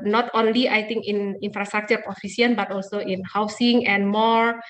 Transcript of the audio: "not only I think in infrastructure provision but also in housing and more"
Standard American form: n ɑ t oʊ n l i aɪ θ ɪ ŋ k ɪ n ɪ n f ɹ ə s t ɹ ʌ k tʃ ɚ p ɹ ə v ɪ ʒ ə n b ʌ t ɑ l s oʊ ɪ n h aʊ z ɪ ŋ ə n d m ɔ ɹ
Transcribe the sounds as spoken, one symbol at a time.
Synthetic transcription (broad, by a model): n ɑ t oʊ n l i aɪ t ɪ ŋ k ɪ n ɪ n f ɹ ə s t ɹ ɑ k tʃ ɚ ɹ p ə f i s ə n b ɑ t ɑ l s oʊ ɪ n h aʊ s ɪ ŋ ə n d m ɔ ɹ